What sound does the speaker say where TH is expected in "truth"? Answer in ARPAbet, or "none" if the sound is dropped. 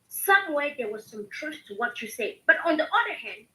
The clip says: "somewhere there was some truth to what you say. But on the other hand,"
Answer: S